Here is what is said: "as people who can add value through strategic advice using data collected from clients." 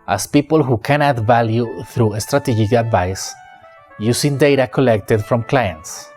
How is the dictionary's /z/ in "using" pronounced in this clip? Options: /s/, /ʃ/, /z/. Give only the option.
/s/